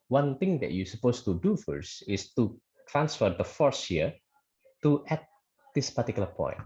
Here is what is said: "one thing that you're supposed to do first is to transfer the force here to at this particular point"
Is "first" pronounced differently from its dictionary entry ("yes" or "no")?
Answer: yes